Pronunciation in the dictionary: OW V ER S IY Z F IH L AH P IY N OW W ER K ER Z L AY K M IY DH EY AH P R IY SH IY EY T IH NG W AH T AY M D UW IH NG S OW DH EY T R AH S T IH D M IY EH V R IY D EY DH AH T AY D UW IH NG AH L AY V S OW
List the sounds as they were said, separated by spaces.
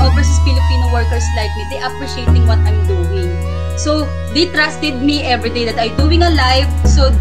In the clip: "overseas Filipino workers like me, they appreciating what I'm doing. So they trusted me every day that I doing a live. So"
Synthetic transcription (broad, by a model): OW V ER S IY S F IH L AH P IY N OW W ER K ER S L AY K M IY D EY AH P R IY SH IY EY T IH NG W AH T AY M D UW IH NG S OW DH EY T R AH S T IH D M IY EH V R IY D EY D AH T AY D UW IH NG AH L AY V S OW